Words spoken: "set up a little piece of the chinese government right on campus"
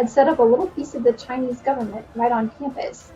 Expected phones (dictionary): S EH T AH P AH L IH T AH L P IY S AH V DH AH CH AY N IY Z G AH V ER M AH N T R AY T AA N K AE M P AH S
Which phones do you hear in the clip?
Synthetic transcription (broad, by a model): S EH T AH P AH L IH T L P IY S AH V DH AH CH AY N IY Z G AH V ER M AH N T R AY T N K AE M P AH S